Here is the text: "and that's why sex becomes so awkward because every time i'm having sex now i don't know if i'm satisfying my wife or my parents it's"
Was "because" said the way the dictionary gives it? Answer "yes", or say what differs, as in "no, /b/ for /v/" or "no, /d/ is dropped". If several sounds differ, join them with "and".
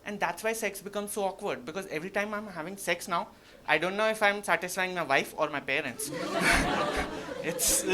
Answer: yes